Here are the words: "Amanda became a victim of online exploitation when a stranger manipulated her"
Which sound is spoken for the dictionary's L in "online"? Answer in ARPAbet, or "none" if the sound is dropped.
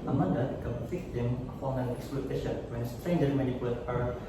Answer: none